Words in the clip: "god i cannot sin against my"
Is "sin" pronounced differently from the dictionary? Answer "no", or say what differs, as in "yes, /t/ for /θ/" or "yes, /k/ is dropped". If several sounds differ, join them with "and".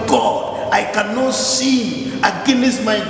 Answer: yes, /n/ is dropped